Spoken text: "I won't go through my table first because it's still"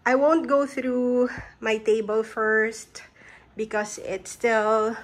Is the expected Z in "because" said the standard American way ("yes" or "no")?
no